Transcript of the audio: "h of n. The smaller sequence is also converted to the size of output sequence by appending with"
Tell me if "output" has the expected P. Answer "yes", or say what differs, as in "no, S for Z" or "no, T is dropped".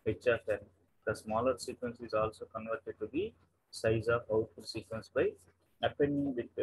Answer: no, P is dropped